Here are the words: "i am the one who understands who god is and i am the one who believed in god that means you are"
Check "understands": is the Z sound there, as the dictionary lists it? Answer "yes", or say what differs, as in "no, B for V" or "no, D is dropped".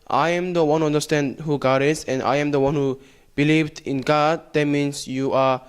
no, Z is dropped